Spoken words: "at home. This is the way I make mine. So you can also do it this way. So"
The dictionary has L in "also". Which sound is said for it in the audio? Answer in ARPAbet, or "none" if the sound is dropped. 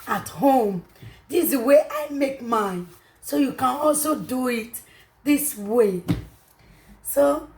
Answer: L